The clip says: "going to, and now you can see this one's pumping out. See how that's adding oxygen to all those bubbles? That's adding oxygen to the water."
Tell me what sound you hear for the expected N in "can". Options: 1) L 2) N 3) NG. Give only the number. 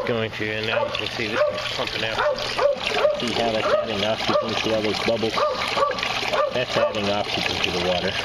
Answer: 1